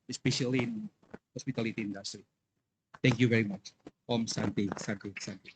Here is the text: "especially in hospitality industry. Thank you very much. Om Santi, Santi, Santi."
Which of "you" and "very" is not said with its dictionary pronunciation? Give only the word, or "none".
none